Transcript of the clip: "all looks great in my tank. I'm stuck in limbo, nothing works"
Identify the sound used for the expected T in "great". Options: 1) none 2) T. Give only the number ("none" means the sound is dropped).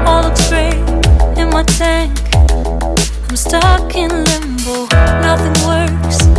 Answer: 1